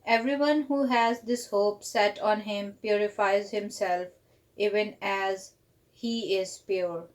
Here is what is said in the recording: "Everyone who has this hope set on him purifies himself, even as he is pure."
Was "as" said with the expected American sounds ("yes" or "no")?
yes